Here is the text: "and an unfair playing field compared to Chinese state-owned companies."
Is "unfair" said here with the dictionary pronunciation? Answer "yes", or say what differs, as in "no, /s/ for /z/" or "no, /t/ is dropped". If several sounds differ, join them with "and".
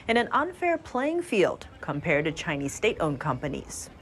yes